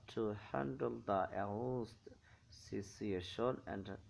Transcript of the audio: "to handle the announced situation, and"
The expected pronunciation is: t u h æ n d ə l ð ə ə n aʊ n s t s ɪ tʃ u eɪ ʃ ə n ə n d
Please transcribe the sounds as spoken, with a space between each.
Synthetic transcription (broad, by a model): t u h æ n d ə l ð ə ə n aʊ s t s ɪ s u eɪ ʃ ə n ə n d